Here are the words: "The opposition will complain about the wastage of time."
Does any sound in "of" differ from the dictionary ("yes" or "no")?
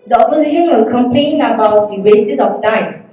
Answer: yes